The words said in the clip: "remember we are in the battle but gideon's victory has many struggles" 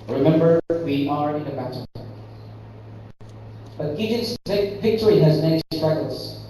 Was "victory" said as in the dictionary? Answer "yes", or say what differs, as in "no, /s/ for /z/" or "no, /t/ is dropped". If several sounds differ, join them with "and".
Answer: yes